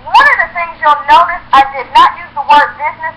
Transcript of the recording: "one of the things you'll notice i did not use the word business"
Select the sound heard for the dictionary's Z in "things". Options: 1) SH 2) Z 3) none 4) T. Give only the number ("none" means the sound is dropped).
2